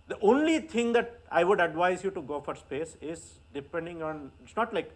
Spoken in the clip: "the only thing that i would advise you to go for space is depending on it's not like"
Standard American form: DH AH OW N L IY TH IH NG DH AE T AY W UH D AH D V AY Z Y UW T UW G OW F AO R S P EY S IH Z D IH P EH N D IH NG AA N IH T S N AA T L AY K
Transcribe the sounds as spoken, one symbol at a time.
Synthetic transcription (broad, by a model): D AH OW N L IY T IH NG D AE T AY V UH D AH D V AY Z Y UW T UW G OW F AO R S P EY S IH Z D IH P EH N D IH NG AA N IH T S N AA T L AY K